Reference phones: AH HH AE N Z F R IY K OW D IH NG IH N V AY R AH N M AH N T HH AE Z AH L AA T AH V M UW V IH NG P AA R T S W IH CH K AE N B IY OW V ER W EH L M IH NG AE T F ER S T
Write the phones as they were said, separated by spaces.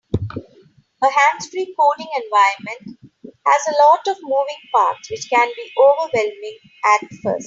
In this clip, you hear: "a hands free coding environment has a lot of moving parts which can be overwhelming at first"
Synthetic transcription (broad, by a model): AH HH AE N S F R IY K OW D IH NG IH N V AY AH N M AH N T HH AE Z AH L AA T AH V M UW V IH NG P AA R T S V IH CH K AE N B IY OW V ER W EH L M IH NG AE T F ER S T